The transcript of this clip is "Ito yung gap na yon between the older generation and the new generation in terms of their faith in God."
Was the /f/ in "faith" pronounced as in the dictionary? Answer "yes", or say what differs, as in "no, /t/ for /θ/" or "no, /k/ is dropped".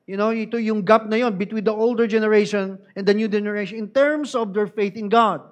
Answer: yes